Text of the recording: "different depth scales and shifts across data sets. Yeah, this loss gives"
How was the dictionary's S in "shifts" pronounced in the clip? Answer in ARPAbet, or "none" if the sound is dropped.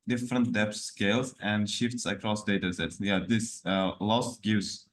S